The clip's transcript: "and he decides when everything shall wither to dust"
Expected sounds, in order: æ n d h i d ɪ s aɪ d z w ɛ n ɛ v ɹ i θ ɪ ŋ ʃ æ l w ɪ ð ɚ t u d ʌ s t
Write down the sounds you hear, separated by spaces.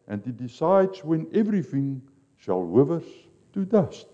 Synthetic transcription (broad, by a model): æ n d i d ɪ s aɪ d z w ɛ n ɛ v ɹ i θ ɪ ŋ ʃ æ l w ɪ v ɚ t u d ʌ s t